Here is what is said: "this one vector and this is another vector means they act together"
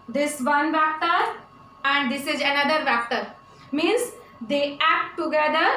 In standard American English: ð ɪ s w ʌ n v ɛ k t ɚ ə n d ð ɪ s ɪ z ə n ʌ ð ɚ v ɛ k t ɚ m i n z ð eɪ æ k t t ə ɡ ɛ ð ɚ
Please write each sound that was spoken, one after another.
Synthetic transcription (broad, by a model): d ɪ s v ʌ n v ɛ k t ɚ ə n d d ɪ s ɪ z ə n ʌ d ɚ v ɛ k t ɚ m i n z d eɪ æ k t t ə ɡ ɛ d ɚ